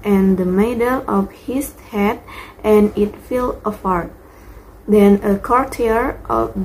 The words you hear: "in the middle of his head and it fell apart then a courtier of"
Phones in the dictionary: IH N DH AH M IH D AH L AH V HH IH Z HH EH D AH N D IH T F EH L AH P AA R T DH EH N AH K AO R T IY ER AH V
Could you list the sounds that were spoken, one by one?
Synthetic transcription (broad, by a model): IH N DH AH M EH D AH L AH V HH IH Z HH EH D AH N IH T F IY L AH F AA R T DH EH N AH K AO R T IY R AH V